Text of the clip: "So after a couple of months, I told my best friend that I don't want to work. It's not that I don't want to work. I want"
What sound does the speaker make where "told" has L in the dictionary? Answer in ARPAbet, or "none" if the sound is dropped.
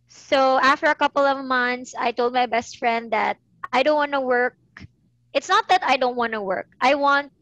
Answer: L